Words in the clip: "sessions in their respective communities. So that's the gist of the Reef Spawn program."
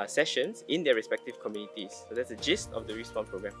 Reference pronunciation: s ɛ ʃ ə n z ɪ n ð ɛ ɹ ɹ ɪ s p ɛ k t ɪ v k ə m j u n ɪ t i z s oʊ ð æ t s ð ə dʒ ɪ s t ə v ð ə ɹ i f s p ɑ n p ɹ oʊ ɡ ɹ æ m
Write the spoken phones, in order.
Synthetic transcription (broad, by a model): s ɛ ʃ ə n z ɪ n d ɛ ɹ ɹ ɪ s p ɛ k t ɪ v k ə m j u n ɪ t i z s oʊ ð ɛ t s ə dʒ ɪ s t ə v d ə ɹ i s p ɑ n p ɹ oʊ ɡ ɹ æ m